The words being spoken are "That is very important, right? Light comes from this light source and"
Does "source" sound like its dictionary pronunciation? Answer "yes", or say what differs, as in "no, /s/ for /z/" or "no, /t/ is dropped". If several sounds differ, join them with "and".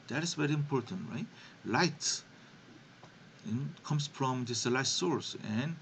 yes